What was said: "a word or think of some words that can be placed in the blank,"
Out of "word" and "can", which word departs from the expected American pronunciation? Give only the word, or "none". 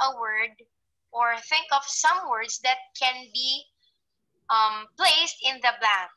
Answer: none